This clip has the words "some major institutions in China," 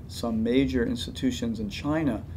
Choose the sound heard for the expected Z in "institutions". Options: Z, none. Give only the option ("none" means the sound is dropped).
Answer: Z